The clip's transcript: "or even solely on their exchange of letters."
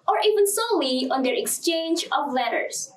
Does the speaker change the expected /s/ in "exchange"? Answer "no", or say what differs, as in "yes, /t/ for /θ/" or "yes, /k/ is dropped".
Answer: no